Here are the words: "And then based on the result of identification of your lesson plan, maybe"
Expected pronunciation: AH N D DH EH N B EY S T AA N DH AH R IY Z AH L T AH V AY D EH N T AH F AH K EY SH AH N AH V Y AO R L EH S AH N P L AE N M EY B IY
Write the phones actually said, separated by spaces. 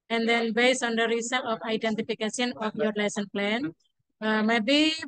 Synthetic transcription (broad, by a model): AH N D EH N B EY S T AA N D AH R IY S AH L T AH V AY D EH N T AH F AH K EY S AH N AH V Y AO R L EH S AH N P L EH N M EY B IY